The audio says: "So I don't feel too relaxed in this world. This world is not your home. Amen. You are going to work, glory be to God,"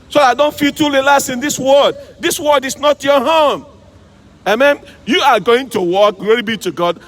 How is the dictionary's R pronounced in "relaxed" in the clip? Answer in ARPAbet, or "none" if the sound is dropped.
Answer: L